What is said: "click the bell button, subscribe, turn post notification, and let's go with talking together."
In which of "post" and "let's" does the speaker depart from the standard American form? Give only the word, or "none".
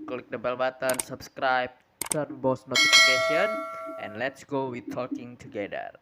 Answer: post